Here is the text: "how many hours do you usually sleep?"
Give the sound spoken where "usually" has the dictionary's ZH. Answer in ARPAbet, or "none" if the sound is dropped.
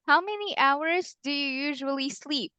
ZH